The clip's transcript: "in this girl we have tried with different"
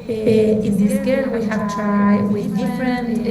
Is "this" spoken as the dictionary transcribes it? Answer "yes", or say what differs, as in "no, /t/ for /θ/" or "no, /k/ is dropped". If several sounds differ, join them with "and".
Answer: no, /s/ is dropped